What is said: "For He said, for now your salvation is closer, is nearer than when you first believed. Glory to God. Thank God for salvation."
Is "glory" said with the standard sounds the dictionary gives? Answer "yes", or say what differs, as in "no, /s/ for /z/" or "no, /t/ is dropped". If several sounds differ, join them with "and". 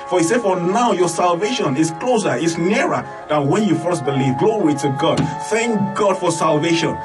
no, /w/ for /ɹ/